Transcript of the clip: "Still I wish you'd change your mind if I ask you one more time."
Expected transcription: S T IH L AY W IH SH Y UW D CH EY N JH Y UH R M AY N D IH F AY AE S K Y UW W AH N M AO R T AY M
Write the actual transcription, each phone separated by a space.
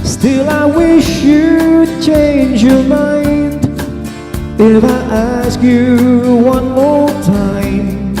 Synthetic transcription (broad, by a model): S T IH L AY W IH SH Y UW CH EY N JH Y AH R M AY N D IH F AY AE S K Y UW W AH N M AO L T AY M